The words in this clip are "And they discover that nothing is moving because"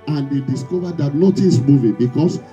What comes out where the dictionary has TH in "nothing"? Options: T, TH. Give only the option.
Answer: T